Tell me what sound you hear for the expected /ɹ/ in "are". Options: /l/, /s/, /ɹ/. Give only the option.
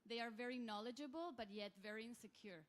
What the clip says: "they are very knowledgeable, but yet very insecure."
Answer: /ɹ/